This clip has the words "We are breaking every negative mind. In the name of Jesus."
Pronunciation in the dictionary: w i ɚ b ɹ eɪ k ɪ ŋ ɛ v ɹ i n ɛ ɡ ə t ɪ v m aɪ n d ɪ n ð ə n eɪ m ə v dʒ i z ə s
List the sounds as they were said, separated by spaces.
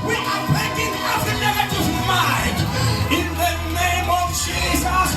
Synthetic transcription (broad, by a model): w i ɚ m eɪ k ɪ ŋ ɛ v i n ɛ ɡ ə t ɪ v m aɪ n d ɪ n ð ə n eɪ m ə v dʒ i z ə s